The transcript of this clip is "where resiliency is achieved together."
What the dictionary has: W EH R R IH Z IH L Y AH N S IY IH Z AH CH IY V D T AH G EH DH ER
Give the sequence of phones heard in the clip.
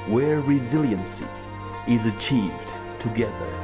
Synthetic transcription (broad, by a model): W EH R R IH Z IH L Y AH N S IY IH Z AH CH IY V D T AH G EH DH ER